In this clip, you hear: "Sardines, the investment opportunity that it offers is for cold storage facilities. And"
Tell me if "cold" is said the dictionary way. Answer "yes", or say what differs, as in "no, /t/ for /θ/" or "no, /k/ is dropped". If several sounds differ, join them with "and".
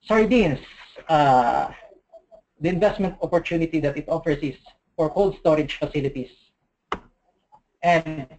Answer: yes